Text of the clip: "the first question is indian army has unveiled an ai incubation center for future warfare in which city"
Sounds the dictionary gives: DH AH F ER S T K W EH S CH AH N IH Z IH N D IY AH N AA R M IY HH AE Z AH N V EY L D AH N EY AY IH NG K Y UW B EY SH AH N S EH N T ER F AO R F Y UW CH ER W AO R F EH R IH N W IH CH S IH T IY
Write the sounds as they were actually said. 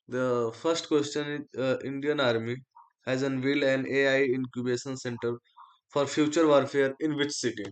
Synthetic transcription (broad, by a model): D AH F ER S T K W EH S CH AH N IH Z IH N D IY AH N AA R M IY HH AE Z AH N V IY L AH N EY AY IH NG K Y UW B EY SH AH N S EH N T ER F AO R F Y UW CH ER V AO R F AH R IH N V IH CH S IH T IY